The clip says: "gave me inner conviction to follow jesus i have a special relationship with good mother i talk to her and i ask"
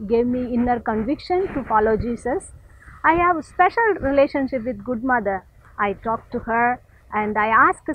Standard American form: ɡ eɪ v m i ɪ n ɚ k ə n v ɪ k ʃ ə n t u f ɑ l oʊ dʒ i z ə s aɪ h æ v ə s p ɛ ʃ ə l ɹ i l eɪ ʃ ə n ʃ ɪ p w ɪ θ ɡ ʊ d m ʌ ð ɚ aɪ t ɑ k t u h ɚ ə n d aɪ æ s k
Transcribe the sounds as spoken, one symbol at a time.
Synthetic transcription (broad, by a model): ɡ eɪ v m i ɪ n ɚ k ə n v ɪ k ʃ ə n t u f ɑ l oʊ dʒ i s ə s aɪ h æ v s p ɛ ʃ ə l ɹ i l eɪ ʃ ə n ʃ ɪ p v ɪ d ɡ ʊ d m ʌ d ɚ aɪ t ɑ k t u h ɚ ə n d aɪ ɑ s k